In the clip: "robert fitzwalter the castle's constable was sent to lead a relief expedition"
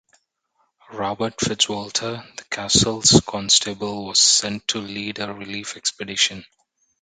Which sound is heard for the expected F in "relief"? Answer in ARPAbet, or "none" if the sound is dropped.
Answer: F